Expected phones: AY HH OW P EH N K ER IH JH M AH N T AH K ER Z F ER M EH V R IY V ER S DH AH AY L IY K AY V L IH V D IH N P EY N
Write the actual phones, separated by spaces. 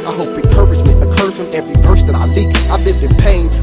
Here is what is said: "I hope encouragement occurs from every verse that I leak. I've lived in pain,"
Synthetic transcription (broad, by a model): AY HH OW P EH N K ER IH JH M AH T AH K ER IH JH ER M EH V R IY P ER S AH AY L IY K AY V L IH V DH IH P EY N